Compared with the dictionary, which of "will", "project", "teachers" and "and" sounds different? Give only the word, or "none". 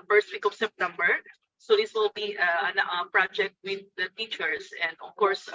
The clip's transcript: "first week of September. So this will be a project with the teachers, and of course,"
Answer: teachers